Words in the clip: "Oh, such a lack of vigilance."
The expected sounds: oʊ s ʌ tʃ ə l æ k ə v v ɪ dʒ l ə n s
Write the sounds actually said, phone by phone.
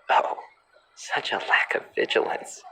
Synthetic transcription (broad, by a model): oʊ s ʌ tʃ ə l æ k ə v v ɪ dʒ l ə n s